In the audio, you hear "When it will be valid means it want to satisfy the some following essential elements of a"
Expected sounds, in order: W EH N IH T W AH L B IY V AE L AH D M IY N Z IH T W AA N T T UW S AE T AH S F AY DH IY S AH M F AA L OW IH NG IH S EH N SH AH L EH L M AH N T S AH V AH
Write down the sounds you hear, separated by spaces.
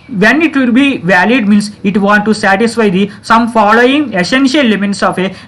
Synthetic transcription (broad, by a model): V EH N IH T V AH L B IY V AE L AH D M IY N S IH T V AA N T T UW S AE T AH S F AY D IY S AH M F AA L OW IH NG IH S EH N SH AH L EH M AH T S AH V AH